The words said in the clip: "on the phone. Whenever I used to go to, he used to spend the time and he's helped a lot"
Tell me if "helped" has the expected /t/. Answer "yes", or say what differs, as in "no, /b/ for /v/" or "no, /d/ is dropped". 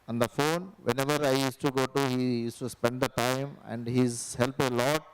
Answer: no, /t/ is dropped